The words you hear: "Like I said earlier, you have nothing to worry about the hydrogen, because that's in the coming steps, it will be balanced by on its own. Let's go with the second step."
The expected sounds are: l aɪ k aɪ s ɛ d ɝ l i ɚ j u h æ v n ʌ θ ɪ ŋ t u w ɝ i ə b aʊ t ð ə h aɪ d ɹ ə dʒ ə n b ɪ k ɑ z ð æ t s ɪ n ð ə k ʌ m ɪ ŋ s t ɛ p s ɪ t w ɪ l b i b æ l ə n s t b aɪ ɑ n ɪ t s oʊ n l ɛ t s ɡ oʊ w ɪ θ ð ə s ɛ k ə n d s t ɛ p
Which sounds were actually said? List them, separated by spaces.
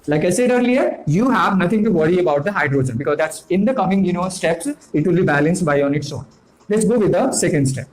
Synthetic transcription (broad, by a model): l aɪ k aɪ s ɛ d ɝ l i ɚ j u h æ v n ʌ t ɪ ŋ t u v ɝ i ə b aʊ t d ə h aɪ d ɹ ə dʒ ə n b ɪ k ɑ z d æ t s ɪ n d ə k ʌ m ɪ ŋ s t ɛ p s ɪ t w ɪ l b i b æ l ə n s t b aɪ ɑ n ɪ t s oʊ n l ɛ t s ɡ oʊ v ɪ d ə s ɛ k ə n d s t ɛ p